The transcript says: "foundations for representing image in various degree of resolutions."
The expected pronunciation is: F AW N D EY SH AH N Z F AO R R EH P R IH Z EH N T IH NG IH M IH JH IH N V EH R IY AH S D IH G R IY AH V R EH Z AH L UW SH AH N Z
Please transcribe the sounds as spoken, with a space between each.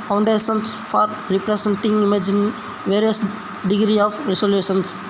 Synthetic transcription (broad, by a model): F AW N D EY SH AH N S F AO R R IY P R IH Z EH N T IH NG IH M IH JH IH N V EH R IY AH S D IH G R IY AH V R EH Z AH L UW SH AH N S